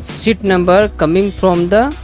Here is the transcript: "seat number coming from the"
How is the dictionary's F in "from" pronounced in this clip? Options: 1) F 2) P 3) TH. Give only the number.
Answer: 2